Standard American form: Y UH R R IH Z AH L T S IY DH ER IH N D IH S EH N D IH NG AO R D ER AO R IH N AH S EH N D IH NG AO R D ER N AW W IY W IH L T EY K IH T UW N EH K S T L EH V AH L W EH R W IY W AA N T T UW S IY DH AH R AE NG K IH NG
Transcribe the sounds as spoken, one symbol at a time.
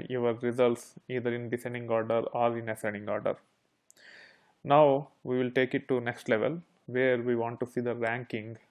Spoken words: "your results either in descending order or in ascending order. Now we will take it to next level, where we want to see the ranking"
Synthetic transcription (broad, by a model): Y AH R R IH Z AH L T S IY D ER IH N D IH S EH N D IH NG AO R D ER AO R IH N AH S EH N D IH NG AO R D ER N AW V IY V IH L T EY K IH T UW N EH K S T L EH V AH L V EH R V IY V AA N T T UW S IY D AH R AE NG K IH NG